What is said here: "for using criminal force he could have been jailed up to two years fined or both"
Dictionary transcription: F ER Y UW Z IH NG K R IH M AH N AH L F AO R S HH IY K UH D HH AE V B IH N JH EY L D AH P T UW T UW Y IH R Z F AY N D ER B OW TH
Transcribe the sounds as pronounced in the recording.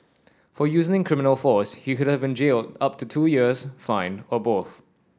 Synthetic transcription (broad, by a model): F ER Y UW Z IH NG K R IH M AH N AH L F AO S HH IY K UH D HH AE V B IH N JH EY L D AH P T UW T UW Y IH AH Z F AY N ER B OW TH